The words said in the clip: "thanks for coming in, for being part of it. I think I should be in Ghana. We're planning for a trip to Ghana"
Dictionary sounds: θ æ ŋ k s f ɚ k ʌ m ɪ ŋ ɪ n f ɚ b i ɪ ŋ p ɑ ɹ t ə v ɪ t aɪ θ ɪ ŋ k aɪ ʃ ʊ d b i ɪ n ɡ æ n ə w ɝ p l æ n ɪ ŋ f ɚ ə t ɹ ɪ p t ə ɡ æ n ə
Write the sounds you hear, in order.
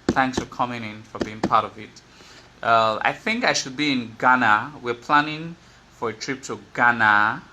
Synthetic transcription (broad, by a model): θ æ ŋ k s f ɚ k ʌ m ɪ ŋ ɪ n f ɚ b i ɪ ŋ p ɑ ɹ t ə v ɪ t aɪ θ ɪ ŋ k aɪ ʃ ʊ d b i ɪ n ɡ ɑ n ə w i p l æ n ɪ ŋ f ɚ ə t ɹ ɪ p t ə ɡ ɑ n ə